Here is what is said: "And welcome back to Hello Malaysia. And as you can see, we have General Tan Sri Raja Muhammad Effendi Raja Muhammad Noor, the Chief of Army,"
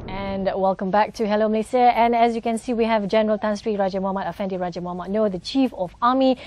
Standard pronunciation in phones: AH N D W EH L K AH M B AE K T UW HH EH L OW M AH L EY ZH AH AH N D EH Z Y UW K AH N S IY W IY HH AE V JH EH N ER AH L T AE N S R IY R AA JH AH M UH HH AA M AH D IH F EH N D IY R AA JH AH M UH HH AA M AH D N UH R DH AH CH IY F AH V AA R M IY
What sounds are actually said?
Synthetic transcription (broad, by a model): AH N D W EH L K AH M B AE K T UW HH EH L OW M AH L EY S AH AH N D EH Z Y UW K AH N S IY W IY HH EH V JH EH N ER AH L T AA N S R IY R AA JH AH M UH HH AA M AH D IH F EH N D IY R AA JH AH M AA M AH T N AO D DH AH CH IY F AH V AA M IY